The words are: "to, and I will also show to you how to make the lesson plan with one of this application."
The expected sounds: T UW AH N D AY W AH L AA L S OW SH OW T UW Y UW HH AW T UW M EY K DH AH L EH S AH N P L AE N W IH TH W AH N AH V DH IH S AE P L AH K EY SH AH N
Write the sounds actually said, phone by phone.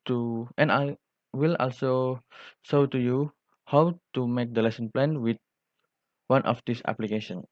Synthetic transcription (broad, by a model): T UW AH N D AY W AH L AA L S OW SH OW T UW Y UW HH AW T UW M EY K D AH L EH S AH N P L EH N W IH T W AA N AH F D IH S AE P L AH K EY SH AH N